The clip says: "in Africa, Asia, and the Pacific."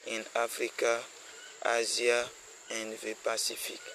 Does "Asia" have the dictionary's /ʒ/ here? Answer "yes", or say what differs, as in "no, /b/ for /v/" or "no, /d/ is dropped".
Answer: no, /z/ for /ʒ/